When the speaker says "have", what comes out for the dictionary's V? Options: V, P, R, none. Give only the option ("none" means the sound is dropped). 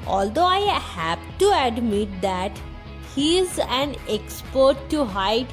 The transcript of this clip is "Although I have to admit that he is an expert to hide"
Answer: P